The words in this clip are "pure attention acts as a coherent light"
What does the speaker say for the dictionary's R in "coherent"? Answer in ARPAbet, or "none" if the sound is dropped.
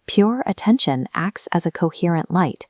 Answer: R